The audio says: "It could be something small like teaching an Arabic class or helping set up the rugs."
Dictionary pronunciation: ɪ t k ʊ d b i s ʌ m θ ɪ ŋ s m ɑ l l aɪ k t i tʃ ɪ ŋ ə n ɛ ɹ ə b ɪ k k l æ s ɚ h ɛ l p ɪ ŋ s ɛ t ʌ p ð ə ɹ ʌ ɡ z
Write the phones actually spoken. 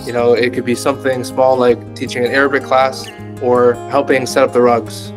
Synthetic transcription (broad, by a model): ɪ t k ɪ d b i s ʌ m θ ɪ ŋ s m ɑ l l aɪ k t i tʃ ɪ ŋ ə n ɛ ɹ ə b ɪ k k l æ s ɚ h ɛ l p ɪ ŋ s ɛ t ʌ p ð ə ɹ ʌ ɡ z